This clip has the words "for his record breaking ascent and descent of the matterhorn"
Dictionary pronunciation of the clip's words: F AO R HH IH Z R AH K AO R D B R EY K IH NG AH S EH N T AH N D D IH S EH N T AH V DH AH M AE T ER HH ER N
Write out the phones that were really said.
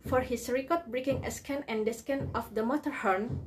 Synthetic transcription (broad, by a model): F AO R HH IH S R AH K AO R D B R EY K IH NG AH S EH N AH N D D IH S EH N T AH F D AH M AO T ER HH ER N